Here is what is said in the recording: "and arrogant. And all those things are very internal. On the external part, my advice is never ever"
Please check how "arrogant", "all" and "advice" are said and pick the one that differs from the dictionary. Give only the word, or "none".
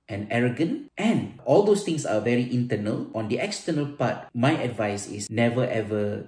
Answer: none